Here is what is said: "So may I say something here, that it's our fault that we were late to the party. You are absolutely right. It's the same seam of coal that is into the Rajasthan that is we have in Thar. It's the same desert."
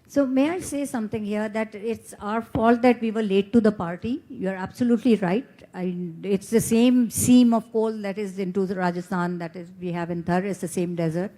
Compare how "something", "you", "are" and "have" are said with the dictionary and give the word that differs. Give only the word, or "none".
something